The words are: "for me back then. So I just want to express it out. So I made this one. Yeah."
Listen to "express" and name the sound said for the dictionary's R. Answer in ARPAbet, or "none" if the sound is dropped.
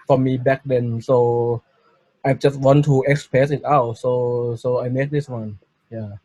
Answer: none